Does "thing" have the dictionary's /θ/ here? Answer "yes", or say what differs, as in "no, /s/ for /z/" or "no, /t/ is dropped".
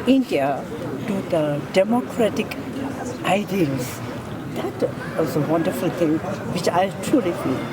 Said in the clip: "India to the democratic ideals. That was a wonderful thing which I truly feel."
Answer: no, /t/ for /θ/